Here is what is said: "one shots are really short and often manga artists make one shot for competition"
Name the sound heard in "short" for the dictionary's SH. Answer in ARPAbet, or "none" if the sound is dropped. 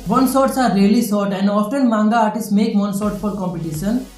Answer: S